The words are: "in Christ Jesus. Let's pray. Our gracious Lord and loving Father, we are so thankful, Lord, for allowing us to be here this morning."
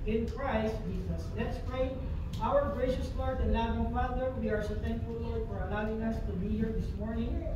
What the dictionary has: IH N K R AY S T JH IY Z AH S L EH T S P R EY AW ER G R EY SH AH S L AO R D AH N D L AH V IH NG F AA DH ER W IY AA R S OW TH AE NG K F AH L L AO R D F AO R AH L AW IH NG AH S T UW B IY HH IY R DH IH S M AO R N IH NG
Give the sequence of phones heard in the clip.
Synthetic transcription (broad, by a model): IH N K R AY S T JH IY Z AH S L EH T S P R EY AW ER G R EY SH AH S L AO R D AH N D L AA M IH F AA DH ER W IY AA R S OW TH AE NG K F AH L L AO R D F AO R AH L AW IH NG AH S T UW B IY HH IY R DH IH S M AO R N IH NG